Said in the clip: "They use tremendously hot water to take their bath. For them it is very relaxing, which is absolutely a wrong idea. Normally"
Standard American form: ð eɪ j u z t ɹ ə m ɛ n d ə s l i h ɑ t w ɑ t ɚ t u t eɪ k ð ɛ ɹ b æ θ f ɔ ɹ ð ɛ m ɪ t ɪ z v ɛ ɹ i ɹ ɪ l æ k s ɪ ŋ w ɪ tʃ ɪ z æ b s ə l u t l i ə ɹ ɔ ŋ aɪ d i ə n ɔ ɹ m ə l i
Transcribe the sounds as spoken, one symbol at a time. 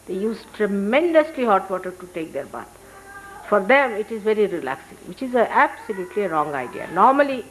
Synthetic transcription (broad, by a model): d eɪ j u z t ɹ ə m ɛ n d ə s l i h ɑ t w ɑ t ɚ t u t eɪ k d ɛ ɹ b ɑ t f ɔ ɹ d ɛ m ɪ t ɪ z v ɛ ɹ i ɹ ɪ l æ k s ɪ ŋ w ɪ tʃ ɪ z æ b s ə l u t l i ə ɹ ɔ ŋ aɪ d i ə n ɔ ɹ m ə l i